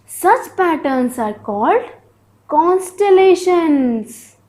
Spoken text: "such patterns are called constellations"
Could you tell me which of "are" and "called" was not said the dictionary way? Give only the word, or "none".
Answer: none